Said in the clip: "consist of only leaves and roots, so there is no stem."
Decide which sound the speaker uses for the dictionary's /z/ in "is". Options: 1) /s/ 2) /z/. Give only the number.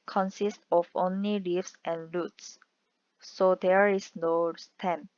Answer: 1